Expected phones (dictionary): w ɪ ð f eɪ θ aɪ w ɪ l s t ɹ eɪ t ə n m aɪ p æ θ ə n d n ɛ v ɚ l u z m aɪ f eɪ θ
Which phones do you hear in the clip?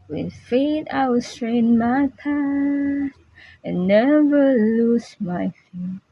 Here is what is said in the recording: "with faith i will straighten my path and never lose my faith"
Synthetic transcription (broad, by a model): w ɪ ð f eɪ t aɪ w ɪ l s t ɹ eɪ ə n m aɪ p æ s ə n n ɛ v ɚ l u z m aɪ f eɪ